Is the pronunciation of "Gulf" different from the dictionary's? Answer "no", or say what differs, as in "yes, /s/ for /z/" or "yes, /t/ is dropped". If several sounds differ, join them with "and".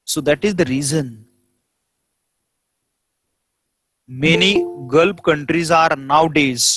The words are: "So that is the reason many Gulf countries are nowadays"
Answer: yes, /p/ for /f/